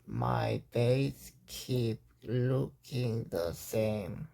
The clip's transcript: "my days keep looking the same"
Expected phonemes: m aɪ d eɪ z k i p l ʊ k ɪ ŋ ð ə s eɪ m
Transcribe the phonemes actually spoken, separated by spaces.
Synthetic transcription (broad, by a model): m aɪ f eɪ s k i p l ʊ k ɪ ŋ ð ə s eɪ m